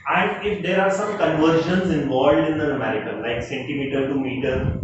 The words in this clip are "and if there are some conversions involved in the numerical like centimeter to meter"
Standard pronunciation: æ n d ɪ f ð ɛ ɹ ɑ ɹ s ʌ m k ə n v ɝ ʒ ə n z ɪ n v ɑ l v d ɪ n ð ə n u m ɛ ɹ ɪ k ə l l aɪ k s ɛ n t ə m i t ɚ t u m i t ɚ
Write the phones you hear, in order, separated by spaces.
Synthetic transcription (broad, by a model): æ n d ɪ f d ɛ ɹ ɑ ɹ s ʌ m k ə n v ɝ ʃ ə n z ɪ n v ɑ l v d ɪ n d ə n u m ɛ ɹ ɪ k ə n l aɪ k s ɛ n t ə m i t ɚ t u m i t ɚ